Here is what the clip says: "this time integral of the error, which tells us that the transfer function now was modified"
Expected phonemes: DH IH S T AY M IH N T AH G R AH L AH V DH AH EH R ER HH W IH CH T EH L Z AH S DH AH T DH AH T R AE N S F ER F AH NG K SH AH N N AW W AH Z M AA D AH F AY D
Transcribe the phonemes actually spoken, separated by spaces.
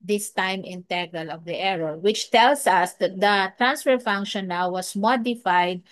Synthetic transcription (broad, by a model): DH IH S T AY M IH N T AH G AH L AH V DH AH EH R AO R W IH CH T EH L S AH S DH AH T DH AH T R AE N S F ER F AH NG K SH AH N N AW W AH S M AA D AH F AY D